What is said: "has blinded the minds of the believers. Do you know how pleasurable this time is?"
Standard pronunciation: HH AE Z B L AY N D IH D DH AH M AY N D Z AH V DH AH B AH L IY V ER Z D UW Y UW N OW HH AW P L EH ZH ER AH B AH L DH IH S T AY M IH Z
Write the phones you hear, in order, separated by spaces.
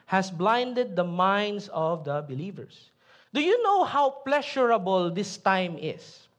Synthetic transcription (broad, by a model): HH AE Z B L AY N D IH D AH M AY N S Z AH V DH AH B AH L IY V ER S D UW Y UW N OW HH AW P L EH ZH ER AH B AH L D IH S T AY M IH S